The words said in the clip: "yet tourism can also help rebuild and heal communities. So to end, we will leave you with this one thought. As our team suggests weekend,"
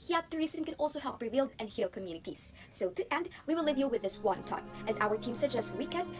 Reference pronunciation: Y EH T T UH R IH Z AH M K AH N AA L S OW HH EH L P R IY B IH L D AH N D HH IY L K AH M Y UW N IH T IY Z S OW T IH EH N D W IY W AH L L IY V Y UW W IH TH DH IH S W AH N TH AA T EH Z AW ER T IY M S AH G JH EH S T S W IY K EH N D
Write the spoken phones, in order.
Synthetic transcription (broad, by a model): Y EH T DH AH R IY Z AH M K AH N AA L S OW HH EH L P R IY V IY L D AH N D HH IY L K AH M Y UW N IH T IY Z S OW T IH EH N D W IY W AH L L IY V Y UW W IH DH IH S W AH N T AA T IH Z AW ER T IY M S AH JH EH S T W IY K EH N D